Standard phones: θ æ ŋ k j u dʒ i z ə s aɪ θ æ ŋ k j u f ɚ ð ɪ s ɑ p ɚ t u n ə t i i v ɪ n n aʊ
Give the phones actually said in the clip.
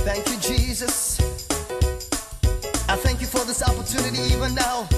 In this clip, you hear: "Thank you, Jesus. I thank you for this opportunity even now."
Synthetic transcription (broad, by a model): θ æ ŋ k j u dʒ i z ə s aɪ θ æ ŋ k j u f ɚ ð ɪ s ɑ p ɚ t u n ə t i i v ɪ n n aʊ